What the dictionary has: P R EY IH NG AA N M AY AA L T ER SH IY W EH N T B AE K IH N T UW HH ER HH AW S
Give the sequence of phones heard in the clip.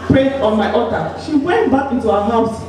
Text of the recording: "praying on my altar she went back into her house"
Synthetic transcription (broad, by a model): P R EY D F AA N M AY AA T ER SH IY W EH N T B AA K IH N T UW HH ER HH AW S